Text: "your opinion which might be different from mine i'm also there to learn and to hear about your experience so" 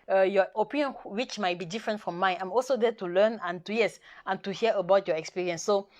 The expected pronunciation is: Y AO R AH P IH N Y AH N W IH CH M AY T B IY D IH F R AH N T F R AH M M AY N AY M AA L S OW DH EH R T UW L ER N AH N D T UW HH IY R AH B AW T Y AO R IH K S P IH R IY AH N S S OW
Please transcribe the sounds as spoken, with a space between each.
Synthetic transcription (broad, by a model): Y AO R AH P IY N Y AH N W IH CH M AY T B IY D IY F R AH N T F R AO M M AY N AY M AA L S OW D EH T UW L ER N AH N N T UW HH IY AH AH B AW T Y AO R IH K S P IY R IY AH N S S OW